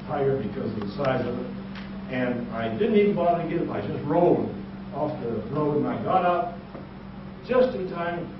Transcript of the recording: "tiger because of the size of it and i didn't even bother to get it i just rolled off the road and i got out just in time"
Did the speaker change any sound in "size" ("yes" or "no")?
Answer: no